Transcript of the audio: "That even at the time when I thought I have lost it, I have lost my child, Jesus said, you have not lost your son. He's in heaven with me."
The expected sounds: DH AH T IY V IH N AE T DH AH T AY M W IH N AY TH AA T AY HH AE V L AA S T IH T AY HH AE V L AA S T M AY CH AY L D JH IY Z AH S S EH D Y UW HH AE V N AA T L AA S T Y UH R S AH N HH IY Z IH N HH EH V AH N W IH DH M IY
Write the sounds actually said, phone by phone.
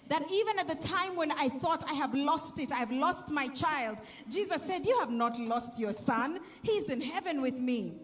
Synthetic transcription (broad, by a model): DH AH T IY V IH N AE T DH AH T AY M W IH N AY TH AA T AY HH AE V L AA S T IH T AY V L AA S T M AY CH AY L D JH IY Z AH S S EH D Y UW HH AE V N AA T L AA S T Y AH R S AH N HH IY Z IH N HH EH V AH N W IH DH M IY